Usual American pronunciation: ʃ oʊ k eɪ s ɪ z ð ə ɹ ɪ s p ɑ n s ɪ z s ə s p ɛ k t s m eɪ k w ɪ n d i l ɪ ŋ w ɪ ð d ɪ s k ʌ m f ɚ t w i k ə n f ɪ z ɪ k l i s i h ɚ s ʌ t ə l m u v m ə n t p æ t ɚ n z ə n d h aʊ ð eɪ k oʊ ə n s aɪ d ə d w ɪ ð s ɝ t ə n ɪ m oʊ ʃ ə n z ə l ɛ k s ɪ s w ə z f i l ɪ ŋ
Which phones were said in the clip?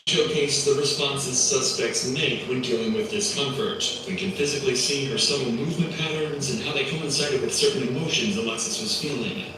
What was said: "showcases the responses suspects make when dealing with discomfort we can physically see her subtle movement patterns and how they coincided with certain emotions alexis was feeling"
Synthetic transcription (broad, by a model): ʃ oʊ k eɪ ɪ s ð ə ɹ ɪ s p ɑ n s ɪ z s ə s p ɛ k t s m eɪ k w ɪ n d i l ɪ ŋ w ɪ ð ɪ s k ʌ m f ɚ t w i k ə n f ɪ z ɪ k l i s i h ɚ s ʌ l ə m u v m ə n p æ t ɚ n z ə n h aʊ ð eɪ k oʊ ə n s aɪ d ə d w ɪ ð s ɝ t n ɪ m oʊ ʃ ə n z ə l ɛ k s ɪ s w ə z f i l ɪ ŋ